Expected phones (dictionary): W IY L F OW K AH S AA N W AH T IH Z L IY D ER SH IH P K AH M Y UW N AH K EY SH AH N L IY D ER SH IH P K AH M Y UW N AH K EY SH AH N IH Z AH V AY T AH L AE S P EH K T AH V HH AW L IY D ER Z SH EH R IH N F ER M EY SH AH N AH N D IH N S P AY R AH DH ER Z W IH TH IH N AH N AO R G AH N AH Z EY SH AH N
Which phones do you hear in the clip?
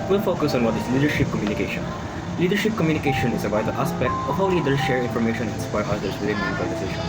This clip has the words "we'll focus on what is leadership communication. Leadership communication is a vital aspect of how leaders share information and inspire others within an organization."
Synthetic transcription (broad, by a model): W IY L F OW K AH S AA N W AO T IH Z L IY D ER SH IH P K AH M Y UW N AH K EY SH AH N L IY D ER SH IH P K AH M Y UW N AH K EY SH AH N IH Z AH B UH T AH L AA S P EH K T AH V HH AW L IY D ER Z SH EH R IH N F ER M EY SH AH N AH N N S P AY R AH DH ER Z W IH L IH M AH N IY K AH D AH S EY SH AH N